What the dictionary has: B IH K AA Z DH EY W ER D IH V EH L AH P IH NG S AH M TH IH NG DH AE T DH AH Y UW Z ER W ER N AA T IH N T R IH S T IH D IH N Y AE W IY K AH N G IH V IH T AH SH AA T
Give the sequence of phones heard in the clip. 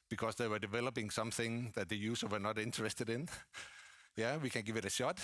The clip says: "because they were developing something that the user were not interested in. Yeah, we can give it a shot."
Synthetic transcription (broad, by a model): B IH K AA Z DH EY W ER D IH V EH L AH P IH NG S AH M TH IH NG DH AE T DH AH Y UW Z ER W ER N AA T IH N T R IH S T IH D IH N Y AE W IY K AH N G IH V IH T AH SH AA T